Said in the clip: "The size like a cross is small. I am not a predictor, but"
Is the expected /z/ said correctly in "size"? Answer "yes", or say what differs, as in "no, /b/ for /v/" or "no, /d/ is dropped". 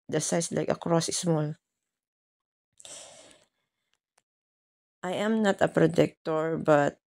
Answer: no, /s/ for /z/